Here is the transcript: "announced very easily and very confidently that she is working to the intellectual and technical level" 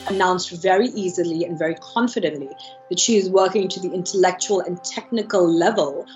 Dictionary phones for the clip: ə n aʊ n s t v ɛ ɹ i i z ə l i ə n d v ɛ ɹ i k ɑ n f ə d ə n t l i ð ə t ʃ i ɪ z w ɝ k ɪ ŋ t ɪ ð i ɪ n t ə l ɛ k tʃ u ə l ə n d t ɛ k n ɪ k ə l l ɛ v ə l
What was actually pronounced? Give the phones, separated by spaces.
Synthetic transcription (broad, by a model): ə n aʊ n s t v ɛ ɹ i i z ə l i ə n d v ɛ ɹ i k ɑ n f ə d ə n t l i ð ə t ʃ i ɪ z w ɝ k ɪ ŋ t ɪ ð i ɪ n t ə l ɛ k tʃ u ə l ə n t ɛ k n ɪ k ə l l ɛ v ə l